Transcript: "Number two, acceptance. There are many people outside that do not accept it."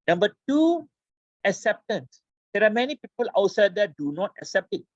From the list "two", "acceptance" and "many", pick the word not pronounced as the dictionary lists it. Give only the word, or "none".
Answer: none